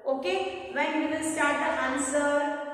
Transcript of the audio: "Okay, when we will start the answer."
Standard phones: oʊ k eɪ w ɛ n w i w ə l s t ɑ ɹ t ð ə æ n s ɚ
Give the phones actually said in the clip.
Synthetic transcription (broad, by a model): oʊ k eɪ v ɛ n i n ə n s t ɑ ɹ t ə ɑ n s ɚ